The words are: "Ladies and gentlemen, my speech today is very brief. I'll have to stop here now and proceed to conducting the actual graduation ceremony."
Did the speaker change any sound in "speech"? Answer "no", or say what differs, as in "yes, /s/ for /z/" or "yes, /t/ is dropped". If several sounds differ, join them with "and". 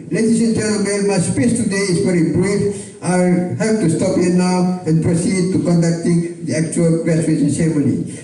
yes, /s/ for /tʃ/